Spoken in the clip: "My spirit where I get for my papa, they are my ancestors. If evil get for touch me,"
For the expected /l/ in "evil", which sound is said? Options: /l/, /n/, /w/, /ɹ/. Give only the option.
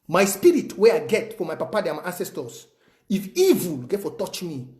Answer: /l/